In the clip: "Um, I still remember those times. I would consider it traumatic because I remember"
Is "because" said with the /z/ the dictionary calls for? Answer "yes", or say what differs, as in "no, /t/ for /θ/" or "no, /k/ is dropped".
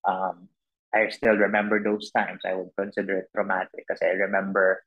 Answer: no, /z/ is dropped